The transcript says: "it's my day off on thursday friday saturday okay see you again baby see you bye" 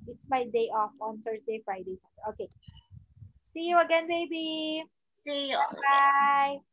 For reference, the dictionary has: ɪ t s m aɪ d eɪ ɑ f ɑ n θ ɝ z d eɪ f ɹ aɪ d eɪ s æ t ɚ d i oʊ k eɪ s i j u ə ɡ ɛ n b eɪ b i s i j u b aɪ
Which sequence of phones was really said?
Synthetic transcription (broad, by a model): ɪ t s m aɪ d eɪ ɑ f ɑ n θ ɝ s d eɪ f ɹ aɪ d eɪ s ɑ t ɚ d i oʊ k eɪ s i j u ə ɡ ɛ n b eɪ b i s i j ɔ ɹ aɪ